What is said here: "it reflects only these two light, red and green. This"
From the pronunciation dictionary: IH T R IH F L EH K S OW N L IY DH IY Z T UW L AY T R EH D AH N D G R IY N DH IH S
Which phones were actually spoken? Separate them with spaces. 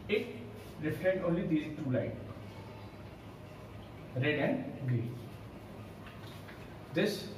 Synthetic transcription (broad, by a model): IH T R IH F EH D OW N L IY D IY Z T UW L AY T R EH D AH N D G R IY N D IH S